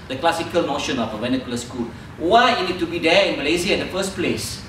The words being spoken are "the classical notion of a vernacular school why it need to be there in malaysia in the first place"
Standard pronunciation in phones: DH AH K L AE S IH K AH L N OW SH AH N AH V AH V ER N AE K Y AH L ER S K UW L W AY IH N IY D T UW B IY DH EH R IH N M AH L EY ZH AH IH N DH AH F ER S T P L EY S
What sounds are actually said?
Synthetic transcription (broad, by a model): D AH K L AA S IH K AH L N OW SH AH N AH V AH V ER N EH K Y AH L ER S K UW L W AY IH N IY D T UW B IY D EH IH N M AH L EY Z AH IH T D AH F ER S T P L EY S